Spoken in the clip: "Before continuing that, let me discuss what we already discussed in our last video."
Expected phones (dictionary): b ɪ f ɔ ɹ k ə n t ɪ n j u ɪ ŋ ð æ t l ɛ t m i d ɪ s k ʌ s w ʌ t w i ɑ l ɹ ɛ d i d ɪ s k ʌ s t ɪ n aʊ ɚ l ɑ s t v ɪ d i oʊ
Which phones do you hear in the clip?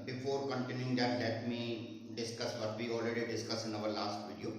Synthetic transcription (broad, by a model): b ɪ f ɔ ɹ k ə n t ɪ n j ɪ ŋ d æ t l ɛ t m i d ɪ s k ʌ s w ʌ t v i ɑ l ɹ ɛ d i d ɪ s k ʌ s ɪ n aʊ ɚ l ɑ s t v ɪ d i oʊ